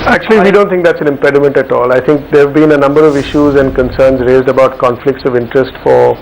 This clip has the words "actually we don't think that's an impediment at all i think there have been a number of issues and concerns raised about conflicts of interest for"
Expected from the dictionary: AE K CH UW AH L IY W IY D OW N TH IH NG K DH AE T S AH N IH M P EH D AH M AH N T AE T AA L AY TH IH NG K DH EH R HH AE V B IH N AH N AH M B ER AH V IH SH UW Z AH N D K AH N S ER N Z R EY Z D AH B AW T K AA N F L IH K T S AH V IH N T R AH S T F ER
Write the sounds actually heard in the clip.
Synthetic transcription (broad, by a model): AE K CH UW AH L IY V IY D OW N T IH NG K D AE T S AH N IH M P EH D AH M AH N T AE T AA L AY T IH NG K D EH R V B IH N AH N AH M B ER AH V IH SH UW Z AH N D K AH N S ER N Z R EY Z D AH B AW T K AA N F L IH K T S AH V IH N T R AH S T F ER